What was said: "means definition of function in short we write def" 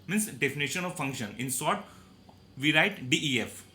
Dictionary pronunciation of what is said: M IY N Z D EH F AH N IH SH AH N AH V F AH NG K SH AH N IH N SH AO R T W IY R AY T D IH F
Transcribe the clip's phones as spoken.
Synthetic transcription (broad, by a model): M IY N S D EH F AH N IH SH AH N AH V F AH NG K SH AH N IH N S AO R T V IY R AY T D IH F